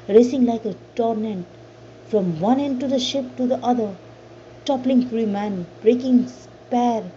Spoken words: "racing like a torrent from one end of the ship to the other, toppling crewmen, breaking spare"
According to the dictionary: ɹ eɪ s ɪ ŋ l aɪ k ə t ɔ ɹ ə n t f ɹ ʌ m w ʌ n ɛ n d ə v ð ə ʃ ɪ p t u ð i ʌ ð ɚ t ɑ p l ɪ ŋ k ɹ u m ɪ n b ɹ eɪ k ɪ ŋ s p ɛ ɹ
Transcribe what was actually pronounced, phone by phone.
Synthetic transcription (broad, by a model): ɹ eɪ s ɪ ŋ l aɪ k ə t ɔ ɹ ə n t f ɹ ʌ m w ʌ n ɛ n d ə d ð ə ʃ ɪ p t u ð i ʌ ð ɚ t ɑ p l ɪ ŋ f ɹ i m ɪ n b ɹ eɪ k ɪ ŋ s p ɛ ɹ